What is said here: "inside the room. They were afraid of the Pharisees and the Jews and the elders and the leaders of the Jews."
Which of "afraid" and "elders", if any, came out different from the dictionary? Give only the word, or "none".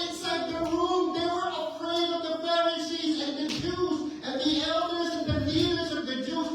afraid